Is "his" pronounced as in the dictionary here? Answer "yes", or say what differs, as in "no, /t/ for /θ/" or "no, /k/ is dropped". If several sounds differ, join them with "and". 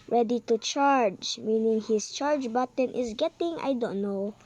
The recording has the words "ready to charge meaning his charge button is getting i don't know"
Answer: no, /s/ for /z/